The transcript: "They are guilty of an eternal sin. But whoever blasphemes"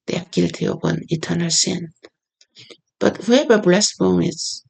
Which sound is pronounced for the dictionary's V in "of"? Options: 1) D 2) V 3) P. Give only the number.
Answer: 3